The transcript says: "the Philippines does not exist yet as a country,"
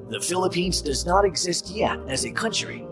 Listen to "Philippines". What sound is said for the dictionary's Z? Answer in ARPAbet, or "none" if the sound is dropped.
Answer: Z